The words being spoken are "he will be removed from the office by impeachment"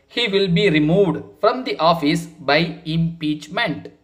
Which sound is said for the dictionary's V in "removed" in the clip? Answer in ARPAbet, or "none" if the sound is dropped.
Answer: V